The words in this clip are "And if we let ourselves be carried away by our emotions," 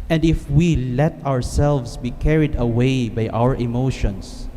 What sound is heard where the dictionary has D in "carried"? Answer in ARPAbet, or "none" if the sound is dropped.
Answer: D